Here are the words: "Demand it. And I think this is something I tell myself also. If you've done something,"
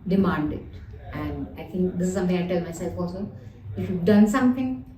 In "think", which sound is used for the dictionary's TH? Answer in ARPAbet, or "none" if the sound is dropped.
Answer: T